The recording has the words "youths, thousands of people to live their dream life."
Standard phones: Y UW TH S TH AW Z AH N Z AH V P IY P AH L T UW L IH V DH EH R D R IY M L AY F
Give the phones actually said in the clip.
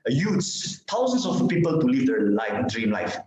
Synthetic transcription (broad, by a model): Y UW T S T AW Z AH N S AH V P IY P AH L T UW L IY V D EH L D R IY M L AY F